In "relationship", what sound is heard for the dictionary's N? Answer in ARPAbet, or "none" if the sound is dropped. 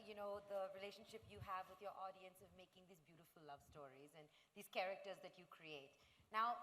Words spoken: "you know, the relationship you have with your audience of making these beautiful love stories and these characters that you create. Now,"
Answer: N